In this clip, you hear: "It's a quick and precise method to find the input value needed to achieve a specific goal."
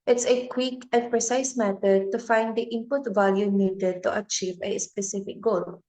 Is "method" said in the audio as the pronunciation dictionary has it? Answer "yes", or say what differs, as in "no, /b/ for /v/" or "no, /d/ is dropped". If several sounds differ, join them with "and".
no, /t/ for /θ/